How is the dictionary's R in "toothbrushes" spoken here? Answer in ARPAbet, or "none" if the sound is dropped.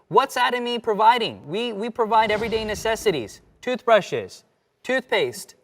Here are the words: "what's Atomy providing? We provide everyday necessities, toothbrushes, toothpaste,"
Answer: R